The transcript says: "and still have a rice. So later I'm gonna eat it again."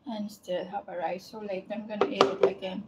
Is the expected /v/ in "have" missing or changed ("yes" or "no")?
yes